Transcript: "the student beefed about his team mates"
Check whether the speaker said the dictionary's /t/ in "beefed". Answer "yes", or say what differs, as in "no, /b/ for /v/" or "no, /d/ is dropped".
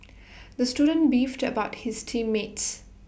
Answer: yes